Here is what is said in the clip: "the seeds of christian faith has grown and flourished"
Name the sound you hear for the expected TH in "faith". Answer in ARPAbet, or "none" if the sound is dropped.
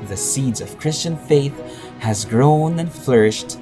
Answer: TH